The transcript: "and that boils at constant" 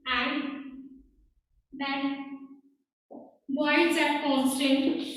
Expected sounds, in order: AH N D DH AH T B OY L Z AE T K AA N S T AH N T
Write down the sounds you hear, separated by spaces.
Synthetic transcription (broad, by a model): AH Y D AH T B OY Z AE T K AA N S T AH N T